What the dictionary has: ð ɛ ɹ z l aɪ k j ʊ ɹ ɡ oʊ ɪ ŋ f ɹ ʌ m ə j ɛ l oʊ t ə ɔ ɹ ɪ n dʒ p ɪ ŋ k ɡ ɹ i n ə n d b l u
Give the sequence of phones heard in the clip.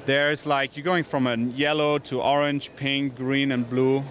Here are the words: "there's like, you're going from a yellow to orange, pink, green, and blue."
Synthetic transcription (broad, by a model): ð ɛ ɹ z l aɪ k j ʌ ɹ ɡ oʊ ɪ ŋ f ɹ ʌ m ə j ɛ l oʊ t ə ɔ ɹ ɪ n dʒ p ɪ ŋ k ɡ ɹ i n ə n b l u